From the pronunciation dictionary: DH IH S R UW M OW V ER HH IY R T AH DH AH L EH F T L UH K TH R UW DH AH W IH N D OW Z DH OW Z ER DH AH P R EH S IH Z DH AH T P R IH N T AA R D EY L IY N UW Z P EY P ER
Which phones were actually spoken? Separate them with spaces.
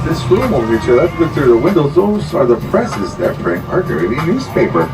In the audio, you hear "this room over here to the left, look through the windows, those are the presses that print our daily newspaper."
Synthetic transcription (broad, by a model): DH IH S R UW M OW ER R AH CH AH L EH T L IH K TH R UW DH AH W IH N D OW Z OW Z ER DH AH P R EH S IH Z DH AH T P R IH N AA R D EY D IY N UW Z P EY P ER